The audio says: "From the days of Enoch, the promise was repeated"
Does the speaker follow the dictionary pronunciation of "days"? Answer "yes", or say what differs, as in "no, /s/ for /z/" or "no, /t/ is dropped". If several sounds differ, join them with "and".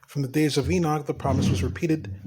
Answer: yes